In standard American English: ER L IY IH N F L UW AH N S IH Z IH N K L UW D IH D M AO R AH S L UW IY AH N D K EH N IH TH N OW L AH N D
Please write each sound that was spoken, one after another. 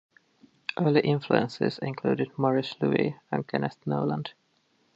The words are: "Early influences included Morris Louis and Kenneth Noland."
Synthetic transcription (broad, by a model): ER L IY IH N F L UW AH N S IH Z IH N K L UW D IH D M AO R AH S L UW IY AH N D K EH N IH T N OW L AH N D